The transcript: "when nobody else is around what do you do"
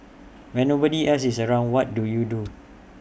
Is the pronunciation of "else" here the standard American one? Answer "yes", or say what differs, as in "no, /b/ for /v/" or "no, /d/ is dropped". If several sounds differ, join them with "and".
no, /l/ is dropped